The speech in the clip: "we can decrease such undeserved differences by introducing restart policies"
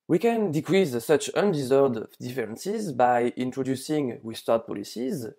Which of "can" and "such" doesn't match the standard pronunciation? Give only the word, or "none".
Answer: none